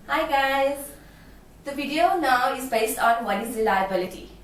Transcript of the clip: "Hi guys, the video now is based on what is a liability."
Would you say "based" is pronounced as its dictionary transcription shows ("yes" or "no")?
yes